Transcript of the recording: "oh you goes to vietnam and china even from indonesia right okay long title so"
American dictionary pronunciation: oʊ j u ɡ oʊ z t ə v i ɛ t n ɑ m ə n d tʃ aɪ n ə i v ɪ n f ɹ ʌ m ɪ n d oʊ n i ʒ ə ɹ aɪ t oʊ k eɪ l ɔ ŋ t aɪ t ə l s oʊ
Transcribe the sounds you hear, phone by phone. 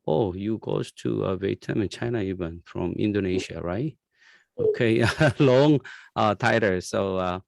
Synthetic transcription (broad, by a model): oʊ j u ɡ oʊ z t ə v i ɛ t ɑ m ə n tʃ aɪ n ə i v ɪ n f ɹ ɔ m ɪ n d oʊ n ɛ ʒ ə ɹ aɪ t oʊ k eɪ l ɔ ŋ t aɪ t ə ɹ s oʊ